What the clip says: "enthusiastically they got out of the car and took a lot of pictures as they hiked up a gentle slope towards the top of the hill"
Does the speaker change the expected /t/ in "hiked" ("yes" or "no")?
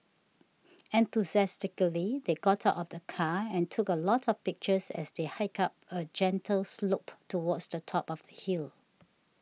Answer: yes